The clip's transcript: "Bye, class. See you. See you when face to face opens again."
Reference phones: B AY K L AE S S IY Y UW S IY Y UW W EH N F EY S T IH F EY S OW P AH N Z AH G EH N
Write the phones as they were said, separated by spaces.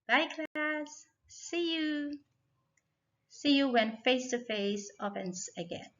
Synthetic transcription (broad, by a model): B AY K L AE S S IY Y UW S IY Y UW W EH N F EY S T IH F EY S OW F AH N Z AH G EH N